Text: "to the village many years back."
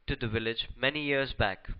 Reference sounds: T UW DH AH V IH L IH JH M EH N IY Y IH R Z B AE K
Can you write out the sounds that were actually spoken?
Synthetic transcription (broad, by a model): T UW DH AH V IH L IH JH M EH N IY Y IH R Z B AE K